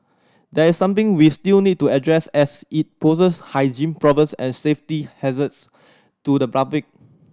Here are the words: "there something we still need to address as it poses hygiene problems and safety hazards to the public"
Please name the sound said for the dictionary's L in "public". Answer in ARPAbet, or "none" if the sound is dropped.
none